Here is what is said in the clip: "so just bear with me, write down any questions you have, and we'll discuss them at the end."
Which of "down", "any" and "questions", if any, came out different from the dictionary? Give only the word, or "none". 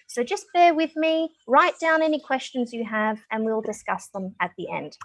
none